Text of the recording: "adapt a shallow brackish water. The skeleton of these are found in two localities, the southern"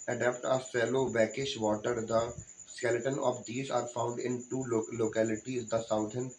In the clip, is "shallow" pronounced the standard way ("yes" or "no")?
no